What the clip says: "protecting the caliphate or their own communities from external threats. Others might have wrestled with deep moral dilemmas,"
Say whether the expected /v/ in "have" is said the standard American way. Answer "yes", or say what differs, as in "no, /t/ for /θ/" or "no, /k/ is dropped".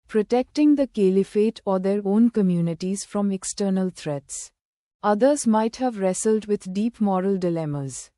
yes